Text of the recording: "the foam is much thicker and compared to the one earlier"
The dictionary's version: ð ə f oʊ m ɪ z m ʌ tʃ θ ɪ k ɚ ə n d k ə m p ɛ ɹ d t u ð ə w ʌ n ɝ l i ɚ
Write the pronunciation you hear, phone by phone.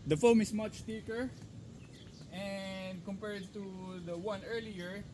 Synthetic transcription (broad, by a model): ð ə f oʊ m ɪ s m ʌ tʃ t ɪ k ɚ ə n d k ə m p ɛ ɹ d t u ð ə w ʌ n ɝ l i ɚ